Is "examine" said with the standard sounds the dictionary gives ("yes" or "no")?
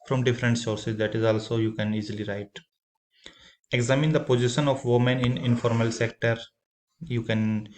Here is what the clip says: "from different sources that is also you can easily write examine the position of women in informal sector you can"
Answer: yes